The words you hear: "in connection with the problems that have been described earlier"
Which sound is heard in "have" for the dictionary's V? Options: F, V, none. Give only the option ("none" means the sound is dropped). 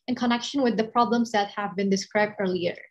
V